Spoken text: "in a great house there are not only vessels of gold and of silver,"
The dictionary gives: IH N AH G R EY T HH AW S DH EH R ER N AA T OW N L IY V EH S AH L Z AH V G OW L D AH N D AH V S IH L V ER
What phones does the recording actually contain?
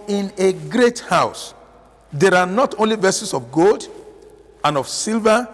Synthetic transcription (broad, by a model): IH N AH G R EY T HH AW S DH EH R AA N AA T OW N L IY V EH S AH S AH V G OW L D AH N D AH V S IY L V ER